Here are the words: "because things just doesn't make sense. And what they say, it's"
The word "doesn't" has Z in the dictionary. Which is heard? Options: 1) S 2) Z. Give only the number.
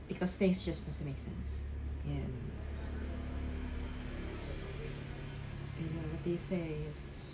1